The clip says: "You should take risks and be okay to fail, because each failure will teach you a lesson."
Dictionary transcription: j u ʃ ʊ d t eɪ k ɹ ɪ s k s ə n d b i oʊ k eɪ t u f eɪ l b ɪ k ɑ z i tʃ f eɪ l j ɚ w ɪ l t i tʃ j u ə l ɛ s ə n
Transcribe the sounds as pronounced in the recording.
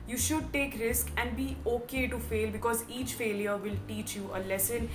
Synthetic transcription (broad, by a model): j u ʃ ʊ d t eɪ k ɹ ɪ s k ə n d b i oʊ k eɪ t u f eɪ l b ɪ k ɑ z i tʃ f eɪ l j ɚ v ɪ l t i tʃ j u ə l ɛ s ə n